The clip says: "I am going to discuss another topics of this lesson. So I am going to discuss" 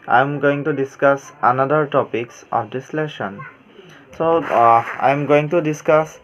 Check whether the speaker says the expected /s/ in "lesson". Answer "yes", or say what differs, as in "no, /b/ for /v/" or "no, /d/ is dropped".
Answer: no, /ʃ/ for /s/